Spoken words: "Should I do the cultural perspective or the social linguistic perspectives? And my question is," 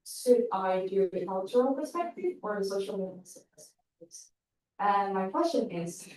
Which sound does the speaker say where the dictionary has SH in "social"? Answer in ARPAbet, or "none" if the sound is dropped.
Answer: none